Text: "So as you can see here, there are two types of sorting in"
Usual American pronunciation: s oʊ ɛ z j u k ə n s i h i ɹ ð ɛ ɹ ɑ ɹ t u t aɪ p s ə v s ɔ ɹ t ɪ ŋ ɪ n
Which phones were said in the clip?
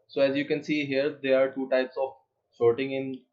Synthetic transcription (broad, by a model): s oʊ ɛ z j u k ə n s i h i ɹ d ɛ ɹ ɑ ɹ t u t aɪ p s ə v ʃ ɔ ɹ t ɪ ŋ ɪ n